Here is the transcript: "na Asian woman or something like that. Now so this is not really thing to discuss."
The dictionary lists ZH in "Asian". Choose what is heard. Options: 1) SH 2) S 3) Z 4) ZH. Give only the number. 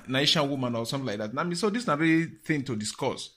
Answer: 1